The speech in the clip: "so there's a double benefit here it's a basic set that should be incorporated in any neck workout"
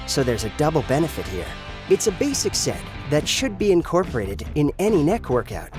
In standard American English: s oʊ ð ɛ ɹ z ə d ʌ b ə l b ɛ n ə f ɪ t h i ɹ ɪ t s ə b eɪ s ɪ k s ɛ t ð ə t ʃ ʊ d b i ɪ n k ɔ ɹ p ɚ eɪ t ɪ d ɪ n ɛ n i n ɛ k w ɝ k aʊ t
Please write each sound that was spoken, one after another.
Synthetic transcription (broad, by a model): s oʊ ð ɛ ɹ z ə d ʌ b l b ɛ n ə f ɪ t h i ɹ ɪ t s ə b eɪ s ɪ k s ɛ t ð ə t ʃ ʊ d b i ɪ n k ɔ ɹ p ɚ eɪ t ɪ d ɪ n ɛ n i n ɛ k w ɝ k aʊ t